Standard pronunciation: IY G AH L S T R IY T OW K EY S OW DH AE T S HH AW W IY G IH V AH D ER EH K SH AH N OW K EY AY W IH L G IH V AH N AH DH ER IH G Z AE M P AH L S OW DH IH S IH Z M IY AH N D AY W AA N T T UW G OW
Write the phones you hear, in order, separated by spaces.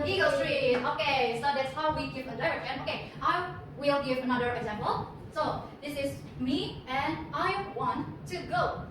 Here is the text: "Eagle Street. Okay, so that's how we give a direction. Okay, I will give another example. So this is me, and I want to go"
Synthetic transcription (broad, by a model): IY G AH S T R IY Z OW K EY S OW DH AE T S HH AW W IY G IH V AH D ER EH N OW K EY AY W IH L G IH V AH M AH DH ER IH G Z AE M P AH L S OW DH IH S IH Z M IY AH N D AY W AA N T T UW G OW